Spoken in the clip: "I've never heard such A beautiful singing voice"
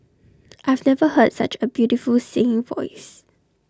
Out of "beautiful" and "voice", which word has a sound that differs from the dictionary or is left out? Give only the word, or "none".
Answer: none